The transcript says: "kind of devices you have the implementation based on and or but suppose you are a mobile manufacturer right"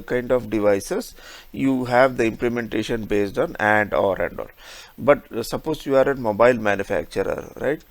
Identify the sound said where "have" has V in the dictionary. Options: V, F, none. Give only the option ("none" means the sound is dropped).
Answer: V